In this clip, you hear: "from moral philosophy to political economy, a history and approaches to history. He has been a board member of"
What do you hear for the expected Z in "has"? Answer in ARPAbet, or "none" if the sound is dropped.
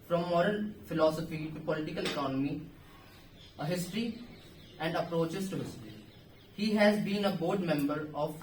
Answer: Z